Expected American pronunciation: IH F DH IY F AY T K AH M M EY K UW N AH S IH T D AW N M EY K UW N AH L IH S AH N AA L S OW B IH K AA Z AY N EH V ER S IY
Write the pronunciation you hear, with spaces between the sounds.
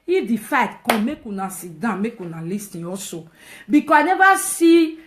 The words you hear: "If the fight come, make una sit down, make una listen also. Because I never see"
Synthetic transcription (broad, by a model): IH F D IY F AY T K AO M M EY K UW N AH S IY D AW M EY K UW N AH L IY S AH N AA S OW B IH K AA AY N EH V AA S IY